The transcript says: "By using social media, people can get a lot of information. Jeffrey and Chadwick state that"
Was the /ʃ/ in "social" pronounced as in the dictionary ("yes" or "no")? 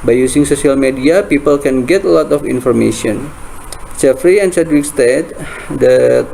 no